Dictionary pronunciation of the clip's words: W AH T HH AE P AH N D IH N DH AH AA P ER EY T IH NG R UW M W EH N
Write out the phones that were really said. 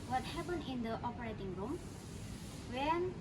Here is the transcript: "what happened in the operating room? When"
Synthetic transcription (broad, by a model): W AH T HH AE P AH N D IH N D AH AA P ER EY T IH NG R UW M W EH N